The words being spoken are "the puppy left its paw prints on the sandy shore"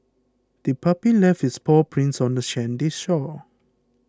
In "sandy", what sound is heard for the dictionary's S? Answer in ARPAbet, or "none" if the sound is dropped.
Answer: SH